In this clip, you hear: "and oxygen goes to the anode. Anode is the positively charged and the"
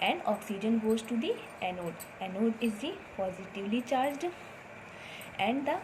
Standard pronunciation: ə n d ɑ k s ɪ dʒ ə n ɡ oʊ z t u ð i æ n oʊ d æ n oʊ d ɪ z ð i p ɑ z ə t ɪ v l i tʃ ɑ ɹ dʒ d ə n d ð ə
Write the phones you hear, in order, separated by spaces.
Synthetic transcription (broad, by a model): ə n d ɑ k s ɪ dʒ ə n ɡ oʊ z t u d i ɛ n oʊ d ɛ n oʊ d ɪ z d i p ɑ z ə t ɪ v l i tʃ ɑ ɹ dʒ d ə n d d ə